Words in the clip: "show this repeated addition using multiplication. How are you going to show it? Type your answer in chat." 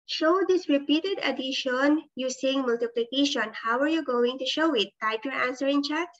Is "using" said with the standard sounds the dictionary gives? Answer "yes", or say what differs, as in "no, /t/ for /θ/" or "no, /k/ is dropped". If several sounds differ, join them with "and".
no, /s/ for /z/